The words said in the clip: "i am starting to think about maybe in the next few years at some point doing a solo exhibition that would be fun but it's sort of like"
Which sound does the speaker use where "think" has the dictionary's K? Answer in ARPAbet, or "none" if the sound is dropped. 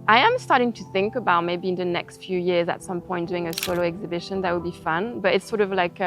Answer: K